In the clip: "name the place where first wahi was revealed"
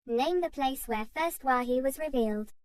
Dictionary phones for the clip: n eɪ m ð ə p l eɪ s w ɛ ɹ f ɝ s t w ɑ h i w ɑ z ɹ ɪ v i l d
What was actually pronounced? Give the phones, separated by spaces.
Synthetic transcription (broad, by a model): n eɪ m ð ə p l eɪ s w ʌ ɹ f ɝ s t w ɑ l i w ɑ z ɹ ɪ v i l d